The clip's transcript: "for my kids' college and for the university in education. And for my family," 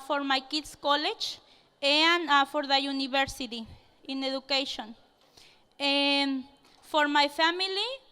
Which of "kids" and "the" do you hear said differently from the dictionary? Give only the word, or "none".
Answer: kids